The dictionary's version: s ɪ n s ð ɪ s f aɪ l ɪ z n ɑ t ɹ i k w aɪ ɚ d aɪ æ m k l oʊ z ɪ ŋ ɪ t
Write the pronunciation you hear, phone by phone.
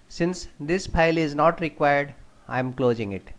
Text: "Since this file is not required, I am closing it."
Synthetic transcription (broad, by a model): s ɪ n s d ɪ s p aɪ l ɪ z n ɑ t ɹ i k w aɪ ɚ d aɪ m k l oʊ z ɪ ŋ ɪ t